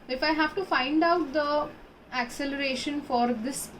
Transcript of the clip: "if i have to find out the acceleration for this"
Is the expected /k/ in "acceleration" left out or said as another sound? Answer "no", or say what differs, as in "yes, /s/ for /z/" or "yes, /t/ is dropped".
no